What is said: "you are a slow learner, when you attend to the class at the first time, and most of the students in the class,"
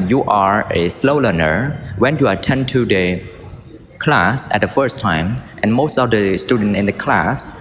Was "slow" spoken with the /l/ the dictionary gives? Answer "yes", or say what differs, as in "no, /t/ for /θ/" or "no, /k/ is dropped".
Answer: yes